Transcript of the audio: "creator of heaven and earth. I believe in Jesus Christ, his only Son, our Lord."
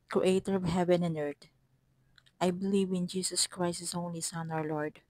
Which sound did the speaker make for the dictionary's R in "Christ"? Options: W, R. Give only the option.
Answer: R